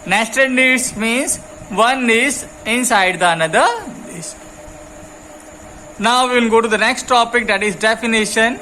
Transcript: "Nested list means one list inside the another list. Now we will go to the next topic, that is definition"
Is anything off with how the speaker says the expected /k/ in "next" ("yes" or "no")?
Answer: no